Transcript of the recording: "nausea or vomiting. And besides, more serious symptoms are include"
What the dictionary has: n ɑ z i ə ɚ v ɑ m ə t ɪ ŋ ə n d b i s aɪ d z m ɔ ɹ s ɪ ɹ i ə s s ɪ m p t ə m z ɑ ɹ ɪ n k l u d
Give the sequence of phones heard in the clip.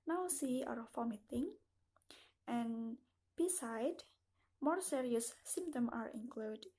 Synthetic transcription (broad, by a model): n ɑ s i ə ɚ f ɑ m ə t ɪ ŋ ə n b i s aɪ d m ɔ ɹ s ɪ ɹ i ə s s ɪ m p t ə m ɑ ɹ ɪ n k l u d